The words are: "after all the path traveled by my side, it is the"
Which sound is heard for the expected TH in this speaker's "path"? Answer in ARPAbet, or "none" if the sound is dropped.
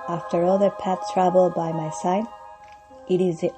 S